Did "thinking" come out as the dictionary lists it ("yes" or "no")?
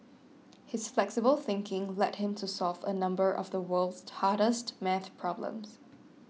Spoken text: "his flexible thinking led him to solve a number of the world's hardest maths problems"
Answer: yes